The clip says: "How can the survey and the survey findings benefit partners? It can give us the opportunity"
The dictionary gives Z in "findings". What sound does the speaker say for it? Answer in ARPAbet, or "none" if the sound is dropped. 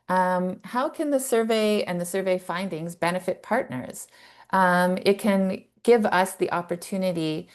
Z